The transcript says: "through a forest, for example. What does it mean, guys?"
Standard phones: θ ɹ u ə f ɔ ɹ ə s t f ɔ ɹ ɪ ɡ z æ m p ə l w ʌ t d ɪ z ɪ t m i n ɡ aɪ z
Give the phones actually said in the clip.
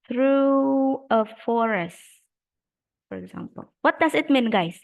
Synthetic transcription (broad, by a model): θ ɹ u ə f ɔ ɹ ə s t f ɔ ɹ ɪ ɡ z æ m p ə l w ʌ t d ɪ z ɪ t m i n ɡ aɪ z